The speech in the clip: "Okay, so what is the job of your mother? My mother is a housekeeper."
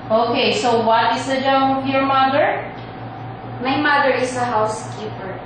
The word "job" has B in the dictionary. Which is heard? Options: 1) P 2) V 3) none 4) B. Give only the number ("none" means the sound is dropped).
3